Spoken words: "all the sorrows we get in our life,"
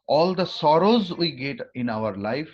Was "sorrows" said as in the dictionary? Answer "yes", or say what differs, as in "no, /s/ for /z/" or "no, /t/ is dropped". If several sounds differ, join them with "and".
yes